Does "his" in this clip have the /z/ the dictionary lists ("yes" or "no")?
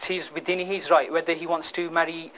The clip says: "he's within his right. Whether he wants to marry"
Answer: yes